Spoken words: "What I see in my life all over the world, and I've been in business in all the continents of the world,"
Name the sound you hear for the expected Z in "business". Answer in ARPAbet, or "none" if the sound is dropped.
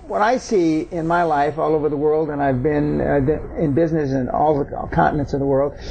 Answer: Z